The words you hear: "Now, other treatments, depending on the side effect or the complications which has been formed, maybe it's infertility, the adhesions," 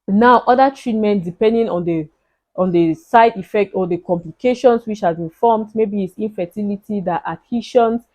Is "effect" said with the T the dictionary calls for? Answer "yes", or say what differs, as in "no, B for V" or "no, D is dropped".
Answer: yes